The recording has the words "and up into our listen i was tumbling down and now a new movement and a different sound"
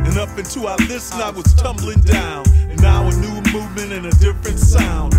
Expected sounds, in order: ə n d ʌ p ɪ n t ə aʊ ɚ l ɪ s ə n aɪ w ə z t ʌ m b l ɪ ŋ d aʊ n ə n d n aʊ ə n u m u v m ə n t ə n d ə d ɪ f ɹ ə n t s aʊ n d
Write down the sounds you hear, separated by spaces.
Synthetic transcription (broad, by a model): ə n ʌ p ɪ n t ə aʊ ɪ l ɪ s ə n aɪ w ə z t ʌ m b l ɪ ŋ d aʊ n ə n n aʊ ə n u m u v m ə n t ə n ə d ɪ f ɹ ə n t s aʊ n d